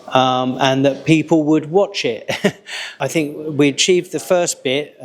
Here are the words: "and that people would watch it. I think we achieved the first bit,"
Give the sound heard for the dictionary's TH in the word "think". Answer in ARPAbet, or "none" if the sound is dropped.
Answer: TH